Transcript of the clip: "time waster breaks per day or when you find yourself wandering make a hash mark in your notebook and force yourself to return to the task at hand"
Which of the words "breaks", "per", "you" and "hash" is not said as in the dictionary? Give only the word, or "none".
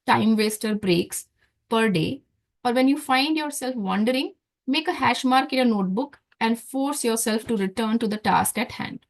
none